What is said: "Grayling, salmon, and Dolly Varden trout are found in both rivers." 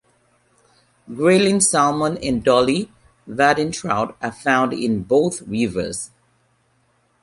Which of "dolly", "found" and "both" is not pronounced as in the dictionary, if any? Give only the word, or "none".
both